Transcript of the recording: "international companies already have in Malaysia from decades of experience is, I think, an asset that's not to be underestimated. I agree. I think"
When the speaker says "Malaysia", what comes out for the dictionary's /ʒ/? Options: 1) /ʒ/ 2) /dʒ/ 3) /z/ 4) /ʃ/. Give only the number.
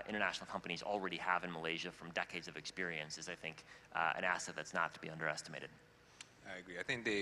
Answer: 1